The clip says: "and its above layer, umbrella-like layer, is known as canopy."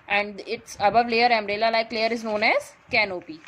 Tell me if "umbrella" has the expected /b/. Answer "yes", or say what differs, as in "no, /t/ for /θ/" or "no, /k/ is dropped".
no, /b/ is dropped